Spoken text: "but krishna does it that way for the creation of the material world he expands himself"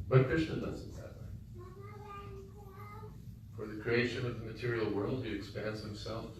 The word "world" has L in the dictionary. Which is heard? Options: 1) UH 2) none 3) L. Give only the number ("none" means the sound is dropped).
3